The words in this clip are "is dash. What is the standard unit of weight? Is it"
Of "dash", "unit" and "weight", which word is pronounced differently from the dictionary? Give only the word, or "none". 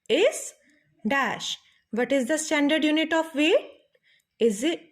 weight